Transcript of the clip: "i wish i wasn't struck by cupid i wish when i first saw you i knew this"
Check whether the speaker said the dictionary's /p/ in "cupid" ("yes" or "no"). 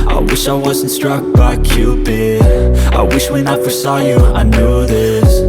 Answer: no